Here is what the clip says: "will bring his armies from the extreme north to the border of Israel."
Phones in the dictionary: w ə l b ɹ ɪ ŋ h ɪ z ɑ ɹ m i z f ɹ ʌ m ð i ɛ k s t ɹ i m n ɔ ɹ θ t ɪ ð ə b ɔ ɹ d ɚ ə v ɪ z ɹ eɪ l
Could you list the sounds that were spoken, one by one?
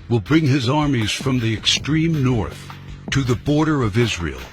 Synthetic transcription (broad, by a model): w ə l b ɹ ɪ ŋ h ɪ z ɑ ɹ m i z f ɹ ʌ m ð i ɛ k s t ɹ i m n ɔ ɹ θ t ɪ ð ə b ɔ ɹ d ɚ ə v ɪ z ɹ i l